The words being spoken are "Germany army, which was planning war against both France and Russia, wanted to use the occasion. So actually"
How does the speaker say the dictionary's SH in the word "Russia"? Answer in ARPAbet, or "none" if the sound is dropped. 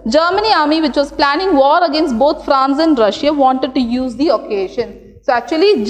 SH